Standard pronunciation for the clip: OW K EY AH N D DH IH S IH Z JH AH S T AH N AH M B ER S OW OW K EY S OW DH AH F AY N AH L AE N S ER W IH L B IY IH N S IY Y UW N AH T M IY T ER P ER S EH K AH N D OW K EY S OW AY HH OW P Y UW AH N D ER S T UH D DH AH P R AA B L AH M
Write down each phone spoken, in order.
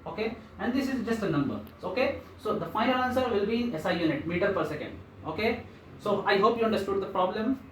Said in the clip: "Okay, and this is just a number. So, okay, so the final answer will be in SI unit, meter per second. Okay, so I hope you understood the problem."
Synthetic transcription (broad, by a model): OW K EY AH N D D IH S IH Z JH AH S T AH N AH M B ER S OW OW K EY S OW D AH F AY AH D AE N S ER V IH L B IY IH S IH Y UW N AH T M IY T ER P ER S EH K AH N D OW K EY S OW AY HH OW P Y UW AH N D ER S T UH D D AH P R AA B L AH M